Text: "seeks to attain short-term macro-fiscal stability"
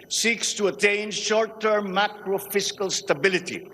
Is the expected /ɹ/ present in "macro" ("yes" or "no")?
yes